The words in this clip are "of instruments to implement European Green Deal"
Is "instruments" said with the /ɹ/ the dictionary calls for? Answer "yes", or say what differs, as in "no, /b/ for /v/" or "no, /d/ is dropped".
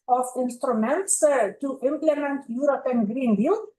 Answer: yes